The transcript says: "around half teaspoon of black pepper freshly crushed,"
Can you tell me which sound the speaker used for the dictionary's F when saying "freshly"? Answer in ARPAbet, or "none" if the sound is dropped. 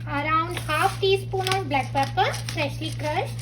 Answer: P